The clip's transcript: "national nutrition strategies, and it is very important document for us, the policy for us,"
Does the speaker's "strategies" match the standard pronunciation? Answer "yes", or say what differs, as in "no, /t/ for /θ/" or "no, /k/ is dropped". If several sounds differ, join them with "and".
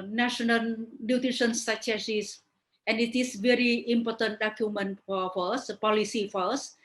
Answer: no, /ɹ/ is dropped and /s/ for /z/